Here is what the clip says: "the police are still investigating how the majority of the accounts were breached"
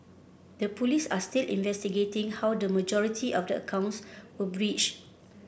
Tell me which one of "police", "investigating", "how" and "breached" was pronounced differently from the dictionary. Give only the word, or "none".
breached